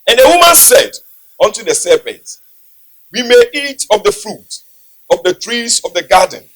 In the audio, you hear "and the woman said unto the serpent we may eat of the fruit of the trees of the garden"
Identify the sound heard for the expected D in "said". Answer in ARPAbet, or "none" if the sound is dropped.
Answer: D